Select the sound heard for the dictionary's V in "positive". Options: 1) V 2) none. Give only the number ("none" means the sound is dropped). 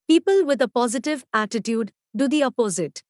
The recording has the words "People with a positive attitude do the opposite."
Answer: 1